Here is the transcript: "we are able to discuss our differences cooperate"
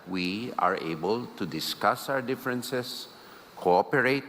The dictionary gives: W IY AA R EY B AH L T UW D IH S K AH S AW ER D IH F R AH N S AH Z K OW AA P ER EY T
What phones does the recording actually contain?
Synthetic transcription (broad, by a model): W IY AA R EY B AH L T UW D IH S K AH S AW ER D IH F R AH N S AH S K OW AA P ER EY T